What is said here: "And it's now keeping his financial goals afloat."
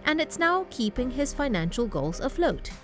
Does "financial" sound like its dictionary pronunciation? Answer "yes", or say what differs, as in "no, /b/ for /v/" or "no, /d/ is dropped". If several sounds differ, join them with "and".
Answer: yes